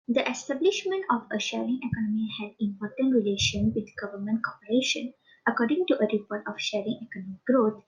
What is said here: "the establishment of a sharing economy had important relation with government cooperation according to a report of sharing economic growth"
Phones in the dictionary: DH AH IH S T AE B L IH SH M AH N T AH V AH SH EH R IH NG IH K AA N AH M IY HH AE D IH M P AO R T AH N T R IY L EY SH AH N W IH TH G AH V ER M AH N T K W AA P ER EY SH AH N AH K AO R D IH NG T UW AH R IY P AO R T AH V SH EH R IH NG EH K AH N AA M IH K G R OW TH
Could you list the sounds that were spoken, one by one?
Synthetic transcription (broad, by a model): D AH IH S T AE B L IH SH M AH N T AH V AH SH EH R IH NG IH K AA N AH M IY HH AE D IH M P AO R T AH N T R IY L EY SH AH N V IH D G AH V ER M AH N T K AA P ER EY SH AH N AH K AO R D IH NG T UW AH R IY P AO R T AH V SH EH R IH NG EH K AH N AA M IH K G R OW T